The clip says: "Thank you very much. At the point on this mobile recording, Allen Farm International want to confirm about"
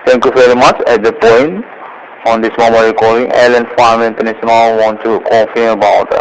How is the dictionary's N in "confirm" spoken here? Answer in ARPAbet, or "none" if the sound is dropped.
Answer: none